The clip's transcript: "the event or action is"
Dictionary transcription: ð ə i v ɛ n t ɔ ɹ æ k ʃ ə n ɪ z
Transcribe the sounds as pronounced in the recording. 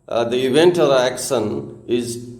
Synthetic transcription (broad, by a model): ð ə i v ɛ n t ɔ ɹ æ k ʃ ə n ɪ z